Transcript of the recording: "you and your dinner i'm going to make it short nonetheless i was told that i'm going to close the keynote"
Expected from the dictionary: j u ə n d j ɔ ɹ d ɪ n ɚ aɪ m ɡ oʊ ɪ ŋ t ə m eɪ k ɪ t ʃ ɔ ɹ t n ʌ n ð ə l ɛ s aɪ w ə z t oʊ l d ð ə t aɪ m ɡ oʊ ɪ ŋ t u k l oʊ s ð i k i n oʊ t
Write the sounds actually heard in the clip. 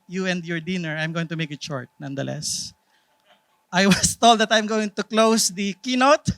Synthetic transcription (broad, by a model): j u ə n d j ɔ ɹ d ɪ n ɚ aɪ m ɡ oʊ ɪ ŋ t ə m eɪ k ɪ t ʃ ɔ ɹ t n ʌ n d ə l ɛ s aɪ w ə s t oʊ l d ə t aɪ m ɡ oʊ ɪ ŋ t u k l oʊ s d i k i n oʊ t